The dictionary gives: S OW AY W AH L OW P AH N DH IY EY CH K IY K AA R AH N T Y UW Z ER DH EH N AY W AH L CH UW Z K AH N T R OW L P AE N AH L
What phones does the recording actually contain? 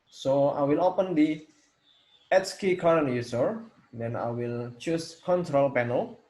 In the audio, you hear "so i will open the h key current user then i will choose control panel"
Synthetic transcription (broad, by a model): S OW AY W AH L OW P AH N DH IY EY S K IY K AA R AH N T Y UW S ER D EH N AY W AH L CH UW S K AH N T R OW L P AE N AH L